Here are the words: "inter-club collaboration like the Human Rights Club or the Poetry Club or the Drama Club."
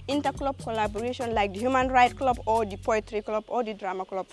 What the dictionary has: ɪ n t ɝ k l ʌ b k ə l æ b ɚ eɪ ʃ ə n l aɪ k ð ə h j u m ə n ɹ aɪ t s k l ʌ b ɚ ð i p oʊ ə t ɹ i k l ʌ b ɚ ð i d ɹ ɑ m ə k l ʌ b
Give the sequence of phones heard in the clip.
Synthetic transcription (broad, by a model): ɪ n t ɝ k l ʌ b k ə l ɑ b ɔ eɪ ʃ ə n l aɪ k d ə h j u m ə n ɹ aɪ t k l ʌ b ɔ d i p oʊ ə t ɹ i k l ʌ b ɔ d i d ɹ ɑ m ə k l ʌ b